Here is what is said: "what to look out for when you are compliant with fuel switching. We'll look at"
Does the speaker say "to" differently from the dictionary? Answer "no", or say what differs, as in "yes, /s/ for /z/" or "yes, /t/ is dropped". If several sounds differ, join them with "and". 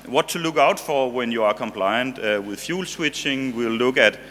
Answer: no